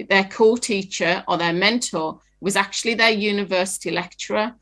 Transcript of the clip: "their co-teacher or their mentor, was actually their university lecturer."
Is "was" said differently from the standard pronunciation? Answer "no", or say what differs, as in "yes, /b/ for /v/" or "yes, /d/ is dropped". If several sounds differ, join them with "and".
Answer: no